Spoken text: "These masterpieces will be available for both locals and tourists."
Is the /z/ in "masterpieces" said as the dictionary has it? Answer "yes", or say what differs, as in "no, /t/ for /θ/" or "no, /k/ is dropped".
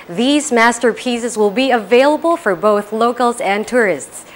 yes